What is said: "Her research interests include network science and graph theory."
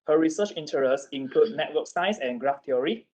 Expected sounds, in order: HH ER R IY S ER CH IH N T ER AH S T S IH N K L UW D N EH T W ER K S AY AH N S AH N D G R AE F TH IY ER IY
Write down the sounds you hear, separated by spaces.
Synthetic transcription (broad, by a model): HH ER R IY S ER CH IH N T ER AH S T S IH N K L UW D N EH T W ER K S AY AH S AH N G R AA F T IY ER IY